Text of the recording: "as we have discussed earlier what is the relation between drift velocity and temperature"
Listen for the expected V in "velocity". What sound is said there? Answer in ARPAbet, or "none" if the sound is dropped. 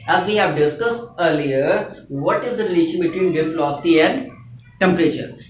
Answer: F